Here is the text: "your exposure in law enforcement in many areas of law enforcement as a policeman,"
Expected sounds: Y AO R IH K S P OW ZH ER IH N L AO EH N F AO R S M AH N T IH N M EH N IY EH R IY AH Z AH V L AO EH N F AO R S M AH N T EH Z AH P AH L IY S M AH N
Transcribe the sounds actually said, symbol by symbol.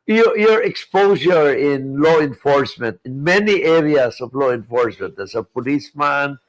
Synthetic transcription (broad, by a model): Y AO R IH K S P OW S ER IH N L AO EH N F AO R S M AH N T IH N M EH N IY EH R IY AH S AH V L AO EH N F AO R S M AH N T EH S AH P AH L IY S M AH N